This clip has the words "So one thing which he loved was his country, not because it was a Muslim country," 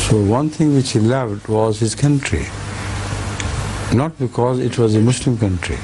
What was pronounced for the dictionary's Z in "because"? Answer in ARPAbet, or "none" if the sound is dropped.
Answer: Z